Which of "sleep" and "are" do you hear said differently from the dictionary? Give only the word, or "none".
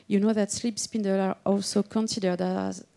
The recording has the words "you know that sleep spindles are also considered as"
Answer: none